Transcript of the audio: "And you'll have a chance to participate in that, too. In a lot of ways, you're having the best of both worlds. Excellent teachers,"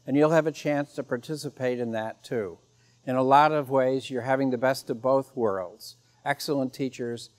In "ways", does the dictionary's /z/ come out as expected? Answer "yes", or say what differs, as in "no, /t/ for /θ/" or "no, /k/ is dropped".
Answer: yes